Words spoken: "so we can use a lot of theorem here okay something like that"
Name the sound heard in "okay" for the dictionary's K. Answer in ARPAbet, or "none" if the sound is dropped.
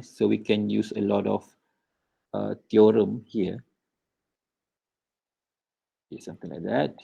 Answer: none